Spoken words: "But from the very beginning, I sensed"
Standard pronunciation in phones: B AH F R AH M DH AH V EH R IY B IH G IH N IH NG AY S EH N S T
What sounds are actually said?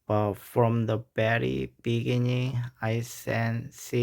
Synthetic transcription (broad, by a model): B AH F R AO M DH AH B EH R IY B IH G IH N IH NG AY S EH N S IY